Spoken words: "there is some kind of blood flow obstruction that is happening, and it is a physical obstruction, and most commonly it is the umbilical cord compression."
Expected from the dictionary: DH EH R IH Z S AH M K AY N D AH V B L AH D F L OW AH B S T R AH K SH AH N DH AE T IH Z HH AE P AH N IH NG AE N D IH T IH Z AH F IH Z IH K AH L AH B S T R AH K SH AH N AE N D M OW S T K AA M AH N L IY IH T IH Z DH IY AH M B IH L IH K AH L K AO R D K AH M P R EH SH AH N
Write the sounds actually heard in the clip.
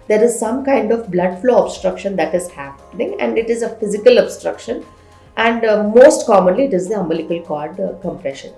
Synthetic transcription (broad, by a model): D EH R IH Z S AH M K AY N D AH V B L AH D F L OW AH B S T R AH K SH AH N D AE T IH Z HH AE P AH N IH NG AE N D IH T IH Z AH F IH Z IH K AH L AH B S T R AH K SH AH N AE N D M OW S T K AA M AH N L IY IH T IH Z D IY AH M B IH L IH K AH L K AO R D K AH M P R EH SH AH N